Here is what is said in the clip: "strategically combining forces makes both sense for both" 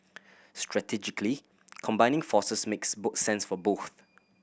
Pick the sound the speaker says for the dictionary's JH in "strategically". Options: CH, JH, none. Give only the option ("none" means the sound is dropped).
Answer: JH